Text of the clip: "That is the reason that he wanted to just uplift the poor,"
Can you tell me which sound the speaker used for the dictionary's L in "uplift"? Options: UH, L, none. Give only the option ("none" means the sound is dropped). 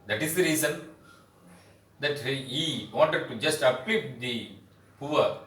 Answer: none